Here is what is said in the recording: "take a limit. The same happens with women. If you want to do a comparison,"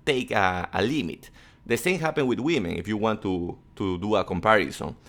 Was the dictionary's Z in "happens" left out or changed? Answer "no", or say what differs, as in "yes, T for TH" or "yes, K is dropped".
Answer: yes, Z is dropped